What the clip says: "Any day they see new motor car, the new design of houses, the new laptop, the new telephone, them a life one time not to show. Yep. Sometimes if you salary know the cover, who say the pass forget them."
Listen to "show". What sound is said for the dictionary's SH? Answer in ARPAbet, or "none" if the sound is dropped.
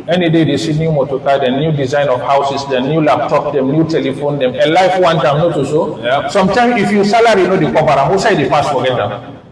S